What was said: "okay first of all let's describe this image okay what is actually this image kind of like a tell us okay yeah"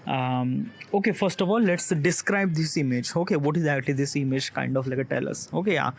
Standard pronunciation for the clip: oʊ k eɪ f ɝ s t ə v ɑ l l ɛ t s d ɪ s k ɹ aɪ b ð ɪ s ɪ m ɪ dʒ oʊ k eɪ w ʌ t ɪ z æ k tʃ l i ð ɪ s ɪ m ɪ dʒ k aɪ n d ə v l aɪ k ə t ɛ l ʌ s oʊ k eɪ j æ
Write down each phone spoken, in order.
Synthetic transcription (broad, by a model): oʊ k eɪ f ɝ s t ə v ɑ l l ɛ t s d ɪ s k ɹ aɪ b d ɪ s ɪ m ɪ dʒ oʊ k eɪ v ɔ t ɪ z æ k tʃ l i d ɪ s ɪ m ɪ dʒ k aɪ n d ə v l aɪ k ə t ɛ l ʌ s oʊ k eɪ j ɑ